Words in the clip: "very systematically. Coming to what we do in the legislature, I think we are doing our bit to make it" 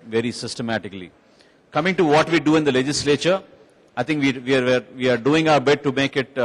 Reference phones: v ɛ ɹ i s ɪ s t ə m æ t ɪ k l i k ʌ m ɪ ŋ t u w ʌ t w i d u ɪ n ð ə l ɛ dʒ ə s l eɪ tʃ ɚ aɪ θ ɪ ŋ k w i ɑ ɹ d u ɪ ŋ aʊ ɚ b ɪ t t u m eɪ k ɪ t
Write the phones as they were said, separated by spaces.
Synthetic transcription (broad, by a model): v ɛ ɹ i s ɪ s t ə m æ t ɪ k l i k ʌ m ɪ ŋ t u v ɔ t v i d u ɪ n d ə l ɛ dʒ ə s l eɪ tʃ ɚ aɪ t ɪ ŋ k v i ɑ ɹ d u ɪ ŋ aʊ ɚ b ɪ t t u m eɪ k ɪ t